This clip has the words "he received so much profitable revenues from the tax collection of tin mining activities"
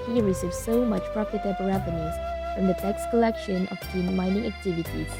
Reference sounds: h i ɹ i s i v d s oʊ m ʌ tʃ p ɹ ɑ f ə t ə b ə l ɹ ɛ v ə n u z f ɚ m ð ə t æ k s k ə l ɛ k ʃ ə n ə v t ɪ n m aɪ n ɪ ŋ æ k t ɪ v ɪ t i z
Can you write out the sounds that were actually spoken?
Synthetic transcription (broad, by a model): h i ɹ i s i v s oʊ m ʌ tʃ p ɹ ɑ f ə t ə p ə ɹ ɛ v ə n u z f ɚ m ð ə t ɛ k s k ə l ɛ k ʃ ə n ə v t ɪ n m aɪ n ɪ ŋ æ k t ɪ v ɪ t i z